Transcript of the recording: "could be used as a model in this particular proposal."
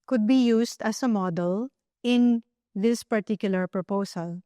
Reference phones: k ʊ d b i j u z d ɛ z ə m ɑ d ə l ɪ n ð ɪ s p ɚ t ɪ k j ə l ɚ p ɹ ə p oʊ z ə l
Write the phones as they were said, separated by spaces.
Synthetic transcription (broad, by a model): k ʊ d b i j u s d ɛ s ə m ɑ d ə l ɪ n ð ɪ s p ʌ t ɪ k j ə l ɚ p ɹ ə p oʊ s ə l